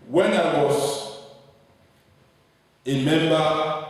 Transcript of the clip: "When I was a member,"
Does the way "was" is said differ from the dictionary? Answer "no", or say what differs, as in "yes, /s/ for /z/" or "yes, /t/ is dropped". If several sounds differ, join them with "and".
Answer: yes, /s/ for /z/